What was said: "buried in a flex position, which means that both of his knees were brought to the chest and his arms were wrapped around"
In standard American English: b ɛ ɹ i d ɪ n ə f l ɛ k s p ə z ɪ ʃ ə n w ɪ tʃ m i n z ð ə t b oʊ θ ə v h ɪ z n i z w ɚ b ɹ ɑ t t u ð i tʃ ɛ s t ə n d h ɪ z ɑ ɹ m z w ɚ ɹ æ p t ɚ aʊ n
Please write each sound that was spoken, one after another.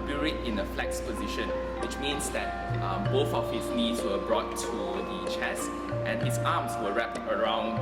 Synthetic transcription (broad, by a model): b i ɹ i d ɪ n ə f l ɛ k s p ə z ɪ ʃ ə n w ɪ tʃ m i n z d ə t b oʊ θ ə f h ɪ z n i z w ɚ b ɹ ɑ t t u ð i tʃ ɛ s t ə n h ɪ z ɑ m s w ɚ ɹ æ p t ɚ aʊ n